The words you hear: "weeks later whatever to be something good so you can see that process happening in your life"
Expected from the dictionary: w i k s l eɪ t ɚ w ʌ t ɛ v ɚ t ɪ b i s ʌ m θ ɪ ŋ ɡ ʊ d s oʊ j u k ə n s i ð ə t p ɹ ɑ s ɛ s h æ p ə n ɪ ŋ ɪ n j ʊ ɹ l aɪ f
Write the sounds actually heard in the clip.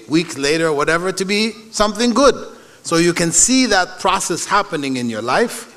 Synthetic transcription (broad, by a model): w i k s l eɪ t ɚ w ʌ t ɛ v ɚ t ɪ b i s ʌ m θ ɪ ŋ ɡ ʊ d s oʊ j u k ə n s i ð ə t p ɹ ɑ s ɛ s h æ p ə n ɪ ŋ ɪ n j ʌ ɹ l aɪ f